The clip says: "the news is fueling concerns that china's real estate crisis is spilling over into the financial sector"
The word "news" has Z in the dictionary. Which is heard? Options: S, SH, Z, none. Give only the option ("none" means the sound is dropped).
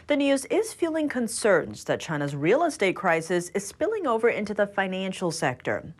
Z